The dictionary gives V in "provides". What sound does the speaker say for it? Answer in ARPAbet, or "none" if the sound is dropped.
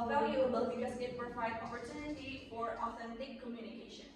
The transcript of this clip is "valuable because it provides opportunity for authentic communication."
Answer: F